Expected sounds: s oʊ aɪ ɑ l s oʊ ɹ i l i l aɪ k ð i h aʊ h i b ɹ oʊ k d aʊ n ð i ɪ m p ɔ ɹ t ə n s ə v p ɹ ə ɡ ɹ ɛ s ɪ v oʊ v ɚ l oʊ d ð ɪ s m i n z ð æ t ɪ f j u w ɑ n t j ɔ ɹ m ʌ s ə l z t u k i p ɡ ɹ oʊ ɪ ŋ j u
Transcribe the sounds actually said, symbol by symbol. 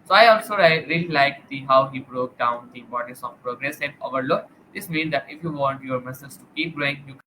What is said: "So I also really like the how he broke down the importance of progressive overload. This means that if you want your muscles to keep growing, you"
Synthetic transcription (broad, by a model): s oʊ aɪ ɑ l s oʊ ɹ i l i l aɪ k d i h aʊ h i b ɹ oʊ k d aʊ n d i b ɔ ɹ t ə s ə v p ɹ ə ɡ ɹ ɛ s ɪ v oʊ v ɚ l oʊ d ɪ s m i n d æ t ɪ f j u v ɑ n t j ɔ ɹ m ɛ s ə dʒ t u k i p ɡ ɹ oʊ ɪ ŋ j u